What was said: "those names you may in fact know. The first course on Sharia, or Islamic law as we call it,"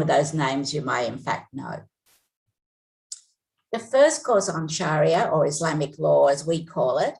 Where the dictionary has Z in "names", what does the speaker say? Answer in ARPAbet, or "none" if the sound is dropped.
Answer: Z